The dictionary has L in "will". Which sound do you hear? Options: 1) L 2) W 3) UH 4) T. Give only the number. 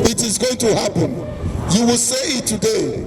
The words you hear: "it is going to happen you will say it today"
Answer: 1